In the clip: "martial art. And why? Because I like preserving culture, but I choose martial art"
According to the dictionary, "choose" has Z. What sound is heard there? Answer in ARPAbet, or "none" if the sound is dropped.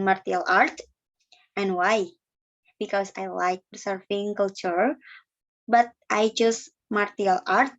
S